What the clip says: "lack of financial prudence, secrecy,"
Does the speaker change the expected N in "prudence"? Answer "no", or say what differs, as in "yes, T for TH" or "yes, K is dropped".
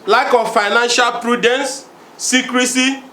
no